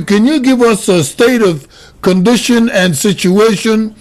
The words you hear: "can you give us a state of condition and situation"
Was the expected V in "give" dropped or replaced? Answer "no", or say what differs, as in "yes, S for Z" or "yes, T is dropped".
no